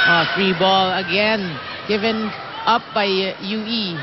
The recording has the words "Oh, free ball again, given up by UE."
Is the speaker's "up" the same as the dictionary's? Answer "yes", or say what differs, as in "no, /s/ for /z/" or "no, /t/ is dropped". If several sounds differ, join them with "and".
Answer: yes